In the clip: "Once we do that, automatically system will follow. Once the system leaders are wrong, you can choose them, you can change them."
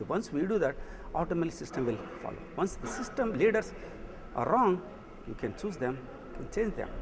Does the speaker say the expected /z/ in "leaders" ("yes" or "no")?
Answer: no